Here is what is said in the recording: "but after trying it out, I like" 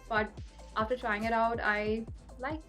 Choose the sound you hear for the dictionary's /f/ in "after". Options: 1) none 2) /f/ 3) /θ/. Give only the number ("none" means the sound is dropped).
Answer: 2